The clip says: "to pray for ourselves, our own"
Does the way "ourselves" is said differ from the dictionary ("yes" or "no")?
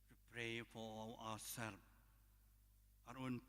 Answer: yes